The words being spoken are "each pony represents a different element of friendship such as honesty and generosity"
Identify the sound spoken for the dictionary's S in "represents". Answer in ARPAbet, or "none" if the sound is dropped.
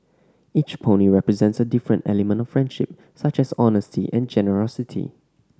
S